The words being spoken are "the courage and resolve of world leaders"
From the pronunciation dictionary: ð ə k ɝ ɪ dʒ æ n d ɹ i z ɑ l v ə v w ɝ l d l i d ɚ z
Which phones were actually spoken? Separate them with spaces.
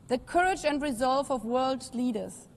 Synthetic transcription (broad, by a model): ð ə k ɝ ɪ dʒ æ n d ɹ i z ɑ l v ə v w ɝ l d l i d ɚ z